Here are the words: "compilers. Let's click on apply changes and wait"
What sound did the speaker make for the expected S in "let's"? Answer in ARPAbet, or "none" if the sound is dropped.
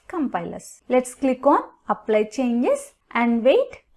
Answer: S